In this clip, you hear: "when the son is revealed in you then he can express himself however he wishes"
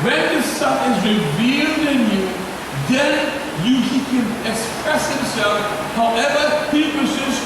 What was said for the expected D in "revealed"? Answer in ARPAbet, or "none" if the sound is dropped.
D